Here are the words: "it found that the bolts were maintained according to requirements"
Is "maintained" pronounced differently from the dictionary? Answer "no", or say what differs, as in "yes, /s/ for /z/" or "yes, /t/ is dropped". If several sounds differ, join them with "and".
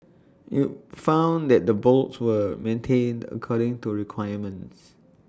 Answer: no